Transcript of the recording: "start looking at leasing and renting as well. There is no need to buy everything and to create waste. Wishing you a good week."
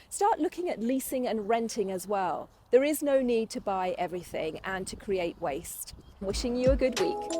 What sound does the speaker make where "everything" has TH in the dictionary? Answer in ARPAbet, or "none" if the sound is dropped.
TH